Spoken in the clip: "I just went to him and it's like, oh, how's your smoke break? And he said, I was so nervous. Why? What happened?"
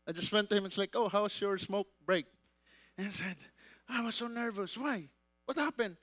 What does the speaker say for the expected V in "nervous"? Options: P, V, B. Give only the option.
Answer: V